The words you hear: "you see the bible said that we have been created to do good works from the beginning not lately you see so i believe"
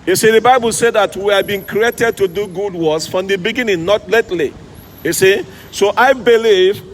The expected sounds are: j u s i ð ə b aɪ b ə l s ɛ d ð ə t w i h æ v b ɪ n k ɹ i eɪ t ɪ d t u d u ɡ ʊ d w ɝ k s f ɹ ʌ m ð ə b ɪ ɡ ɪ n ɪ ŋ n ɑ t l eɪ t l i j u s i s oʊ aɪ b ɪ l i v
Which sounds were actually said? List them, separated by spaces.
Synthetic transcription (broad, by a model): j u s i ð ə b aɪ b ə l s ɛ d ð ə t w i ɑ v b ɪ n k ɹ i eɪ t ɪ d t u d u ɡ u d w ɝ s f ɹ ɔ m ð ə b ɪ ɡ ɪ n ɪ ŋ n ɑ t l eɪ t l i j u s i s oʊ aɪ b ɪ l i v